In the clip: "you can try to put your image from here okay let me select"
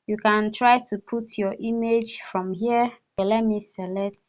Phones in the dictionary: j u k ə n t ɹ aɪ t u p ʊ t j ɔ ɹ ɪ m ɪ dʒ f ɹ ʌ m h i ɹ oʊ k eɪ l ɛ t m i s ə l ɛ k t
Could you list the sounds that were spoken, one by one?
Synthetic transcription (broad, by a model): j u k ə n t ɹ aɪ t u p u t j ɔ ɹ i m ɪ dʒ f ɹ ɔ m h i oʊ eɪ l ɛ t m i s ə l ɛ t